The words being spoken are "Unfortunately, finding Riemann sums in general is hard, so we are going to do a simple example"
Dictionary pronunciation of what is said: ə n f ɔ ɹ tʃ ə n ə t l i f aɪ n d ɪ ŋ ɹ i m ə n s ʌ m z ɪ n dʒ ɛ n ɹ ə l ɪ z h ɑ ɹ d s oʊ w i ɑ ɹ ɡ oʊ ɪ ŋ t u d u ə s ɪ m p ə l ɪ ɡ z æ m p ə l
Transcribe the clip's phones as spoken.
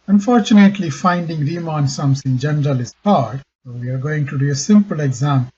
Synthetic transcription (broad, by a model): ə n f ɔ ɹ tʃ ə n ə t l i f aɪ n d ɪ ŋ ɹ i m ə n s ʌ m s ɪ n dʒ ɛ n ɹ ə l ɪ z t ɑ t s oʊ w i ɑ ɹ ɡ oʊ ɪ ŋ t u d u ə s ɪ m p ə l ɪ ɡ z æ m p